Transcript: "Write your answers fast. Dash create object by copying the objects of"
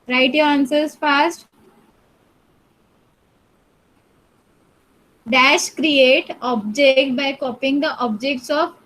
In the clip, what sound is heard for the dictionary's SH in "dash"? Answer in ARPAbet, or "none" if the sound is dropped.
SH